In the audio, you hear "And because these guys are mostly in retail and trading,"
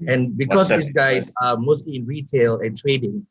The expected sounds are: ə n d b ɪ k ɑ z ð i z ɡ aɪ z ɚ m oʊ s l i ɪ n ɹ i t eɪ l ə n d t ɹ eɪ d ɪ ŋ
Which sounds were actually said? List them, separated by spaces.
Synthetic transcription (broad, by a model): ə n b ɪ k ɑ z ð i s ɡ aɪ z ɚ m oʊ s l i ɪ n ɹ i t eɪ l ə n t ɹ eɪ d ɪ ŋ